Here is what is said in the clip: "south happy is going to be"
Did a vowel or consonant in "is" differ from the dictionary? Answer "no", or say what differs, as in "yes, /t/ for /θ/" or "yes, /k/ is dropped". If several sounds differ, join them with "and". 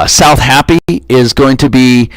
no